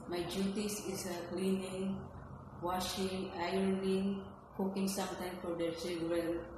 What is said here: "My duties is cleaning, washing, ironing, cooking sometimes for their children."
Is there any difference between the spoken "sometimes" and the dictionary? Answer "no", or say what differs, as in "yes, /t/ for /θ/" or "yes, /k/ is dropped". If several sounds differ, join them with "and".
yes, /z/ is dropped